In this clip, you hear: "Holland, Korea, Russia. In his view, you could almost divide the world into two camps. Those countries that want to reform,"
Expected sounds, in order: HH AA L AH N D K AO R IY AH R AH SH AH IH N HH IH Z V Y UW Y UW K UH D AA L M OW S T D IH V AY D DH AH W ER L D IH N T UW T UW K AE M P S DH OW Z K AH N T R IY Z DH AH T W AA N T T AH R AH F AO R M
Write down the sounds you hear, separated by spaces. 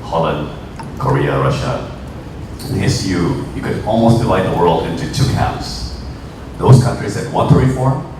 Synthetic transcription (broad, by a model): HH AA L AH N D K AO R IY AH R AH SH AH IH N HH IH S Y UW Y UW K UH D AA L M OW S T D IH V AY D DH AH W ER L D IH N T UW T UW K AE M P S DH OW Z K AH N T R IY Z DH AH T W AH N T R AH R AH F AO R